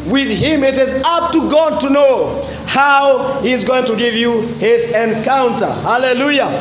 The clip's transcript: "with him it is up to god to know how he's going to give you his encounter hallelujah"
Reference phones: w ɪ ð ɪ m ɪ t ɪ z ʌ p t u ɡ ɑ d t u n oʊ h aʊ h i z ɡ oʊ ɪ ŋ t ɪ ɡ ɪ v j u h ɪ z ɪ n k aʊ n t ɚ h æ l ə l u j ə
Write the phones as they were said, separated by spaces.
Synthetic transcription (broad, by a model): w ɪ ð ɪ m ɪ t ɪ z ʌ p t u ɡ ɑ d t u n oʊ h aʊ h i z ɡ oʊ ɪ ŋ t ɪ ɡ ɪ v j u h ɪ z ɪ n k aʊ n t ɚ h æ l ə l u j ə